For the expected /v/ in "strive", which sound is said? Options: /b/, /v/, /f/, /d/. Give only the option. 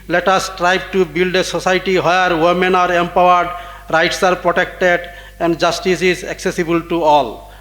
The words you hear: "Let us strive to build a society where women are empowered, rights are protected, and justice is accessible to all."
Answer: /b/